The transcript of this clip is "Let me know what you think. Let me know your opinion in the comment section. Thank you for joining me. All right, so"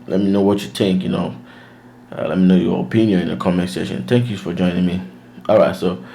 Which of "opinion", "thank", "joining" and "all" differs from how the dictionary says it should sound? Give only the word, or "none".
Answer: none